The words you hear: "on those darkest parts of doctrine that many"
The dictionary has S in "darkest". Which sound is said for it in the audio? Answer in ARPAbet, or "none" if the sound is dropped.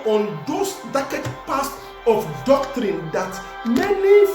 none